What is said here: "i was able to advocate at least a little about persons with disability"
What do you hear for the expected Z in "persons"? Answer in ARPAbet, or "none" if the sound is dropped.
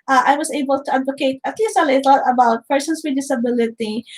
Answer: S